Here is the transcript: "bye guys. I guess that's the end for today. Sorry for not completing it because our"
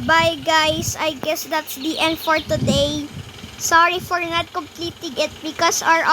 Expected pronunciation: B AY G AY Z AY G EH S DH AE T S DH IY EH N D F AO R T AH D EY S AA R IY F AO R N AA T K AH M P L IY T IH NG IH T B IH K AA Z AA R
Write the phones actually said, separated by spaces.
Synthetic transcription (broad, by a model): B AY G AY S AY G EH S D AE T S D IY EH N D F AO R T AH D EY S AA R IY F AO R N AA T K AH M P L IY T IH NG IH T B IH K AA S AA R